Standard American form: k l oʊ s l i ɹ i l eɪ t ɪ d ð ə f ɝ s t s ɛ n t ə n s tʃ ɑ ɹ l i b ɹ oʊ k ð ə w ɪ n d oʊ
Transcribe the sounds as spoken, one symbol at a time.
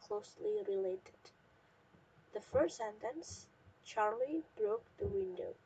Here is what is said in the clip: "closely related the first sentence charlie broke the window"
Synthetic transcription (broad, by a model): k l oʊ s l i ɹ i l eɪ t ɪ d ð ə f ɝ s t s ɛ n t ə n s tʃ ɑ ɹ l i b ɹ oʊ k ð ə w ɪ n d oʊ